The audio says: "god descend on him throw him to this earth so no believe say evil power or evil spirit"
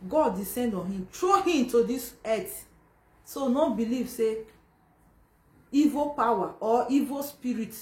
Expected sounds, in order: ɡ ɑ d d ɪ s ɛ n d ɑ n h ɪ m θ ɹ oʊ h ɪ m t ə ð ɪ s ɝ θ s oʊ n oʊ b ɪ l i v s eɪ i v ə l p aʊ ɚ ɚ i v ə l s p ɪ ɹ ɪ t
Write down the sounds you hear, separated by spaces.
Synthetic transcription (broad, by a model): ɡ ɑ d d ɪ s ɛ n d ɑ n h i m t ɹ oʊ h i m t ə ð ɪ s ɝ t s oʊ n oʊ b ɪ l i v s eɪ i v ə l p aʊ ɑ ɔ i v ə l s p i ɹ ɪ t